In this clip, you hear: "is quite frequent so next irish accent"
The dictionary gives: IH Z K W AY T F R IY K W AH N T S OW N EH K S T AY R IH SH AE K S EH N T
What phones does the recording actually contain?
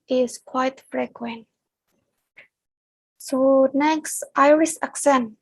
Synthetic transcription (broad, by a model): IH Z K W AY T F R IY K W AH N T S OW N EH K S T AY R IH S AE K S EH N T